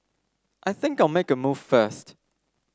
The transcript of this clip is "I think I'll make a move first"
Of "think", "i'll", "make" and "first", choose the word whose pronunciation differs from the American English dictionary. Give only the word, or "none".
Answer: none